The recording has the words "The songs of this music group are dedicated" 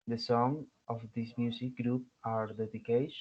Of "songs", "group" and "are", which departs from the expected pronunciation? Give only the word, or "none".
songs